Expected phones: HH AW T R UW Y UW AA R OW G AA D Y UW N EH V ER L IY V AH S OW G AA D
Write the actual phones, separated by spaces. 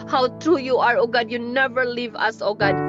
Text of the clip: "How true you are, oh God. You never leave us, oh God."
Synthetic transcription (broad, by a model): HH AW T R UW Y UW AA R OW G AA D Y UW N EH V ER L IY V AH S OW G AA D